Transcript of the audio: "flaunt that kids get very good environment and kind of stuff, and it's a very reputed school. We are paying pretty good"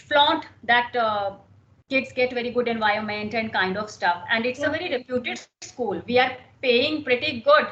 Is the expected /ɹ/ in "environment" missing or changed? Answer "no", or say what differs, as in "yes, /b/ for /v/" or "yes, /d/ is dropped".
yes, /ɹ/ is dropped